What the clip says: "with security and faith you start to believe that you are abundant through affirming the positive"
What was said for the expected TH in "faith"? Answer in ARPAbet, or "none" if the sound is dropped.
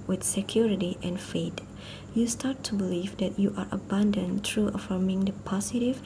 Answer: T